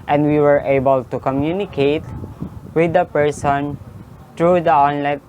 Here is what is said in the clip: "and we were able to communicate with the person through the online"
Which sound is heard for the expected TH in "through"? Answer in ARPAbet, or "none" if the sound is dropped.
T